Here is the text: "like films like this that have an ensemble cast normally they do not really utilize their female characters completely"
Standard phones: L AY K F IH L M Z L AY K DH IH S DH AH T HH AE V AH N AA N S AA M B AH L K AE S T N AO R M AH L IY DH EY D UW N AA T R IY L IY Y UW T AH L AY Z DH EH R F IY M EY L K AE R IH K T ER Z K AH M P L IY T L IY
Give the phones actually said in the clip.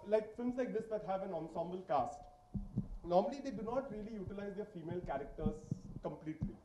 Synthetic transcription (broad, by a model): L AY K F IH L M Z L AY K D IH S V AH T HH AE V AH N AA N S AA M B AH L K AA S T N AO R M AH L IY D EY D UW N AA T R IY L IY Y UW T AH L AY Z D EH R F IY M EY L K AE R IH K T ER Z K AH M P L IY T L IY